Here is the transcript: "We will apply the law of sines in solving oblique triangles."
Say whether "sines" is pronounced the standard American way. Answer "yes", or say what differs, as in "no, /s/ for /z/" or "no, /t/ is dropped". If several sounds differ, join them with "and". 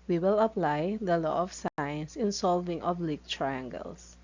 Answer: no, /s/ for /z/